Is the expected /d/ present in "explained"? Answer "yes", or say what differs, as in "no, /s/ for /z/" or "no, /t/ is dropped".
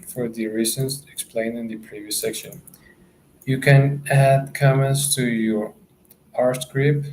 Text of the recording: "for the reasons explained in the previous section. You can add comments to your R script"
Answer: no, /d/ is dropped